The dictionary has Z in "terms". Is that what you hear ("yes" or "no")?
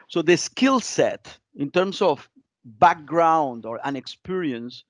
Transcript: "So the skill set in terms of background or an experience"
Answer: no